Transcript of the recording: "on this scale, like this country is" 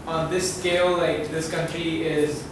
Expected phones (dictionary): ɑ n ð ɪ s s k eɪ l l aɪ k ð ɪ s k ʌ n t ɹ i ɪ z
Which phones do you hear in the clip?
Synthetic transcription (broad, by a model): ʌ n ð ɪ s s k eɪ l l aɪ k ð ɪ s k ʌ n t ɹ i ɪ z